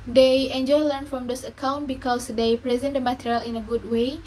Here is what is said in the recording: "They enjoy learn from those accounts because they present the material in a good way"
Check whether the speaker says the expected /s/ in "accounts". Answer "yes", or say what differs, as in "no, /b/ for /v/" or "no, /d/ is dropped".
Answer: no, /s/ is dropped